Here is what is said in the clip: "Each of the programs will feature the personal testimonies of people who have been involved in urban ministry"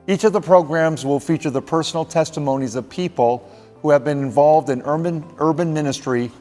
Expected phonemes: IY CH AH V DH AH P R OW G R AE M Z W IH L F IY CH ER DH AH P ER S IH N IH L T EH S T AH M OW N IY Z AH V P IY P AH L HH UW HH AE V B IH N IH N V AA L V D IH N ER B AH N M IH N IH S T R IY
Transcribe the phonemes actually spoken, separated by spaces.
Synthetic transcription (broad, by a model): IY CH AH V DH AH P R OW G R AE M Z W IH L F IY CH ER DH AH P ER S N L T EH S T AH M OW N IY Z AH V P IY P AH L HH UW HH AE V B IH N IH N V AA L V D IH N ER B AH N M IH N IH S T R IY